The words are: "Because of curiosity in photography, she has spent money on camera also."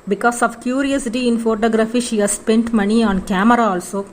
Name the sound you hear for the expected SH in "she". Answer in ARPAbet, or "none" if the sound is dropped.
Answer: SH